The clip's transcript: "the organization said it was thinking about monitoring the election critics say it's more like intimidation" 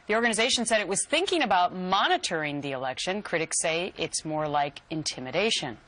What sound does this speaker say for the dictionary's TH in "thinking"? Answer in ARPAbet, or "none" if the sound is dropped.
TH